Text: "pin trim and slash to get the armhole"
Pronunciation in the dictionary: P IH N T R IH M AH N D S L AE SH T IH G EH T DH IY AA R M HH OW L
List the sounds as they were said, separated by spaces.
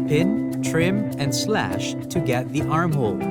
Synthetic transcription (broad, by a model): P IH N T R IH M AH N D S L AE SH T IH G EH T DH IY AA R M HH OW L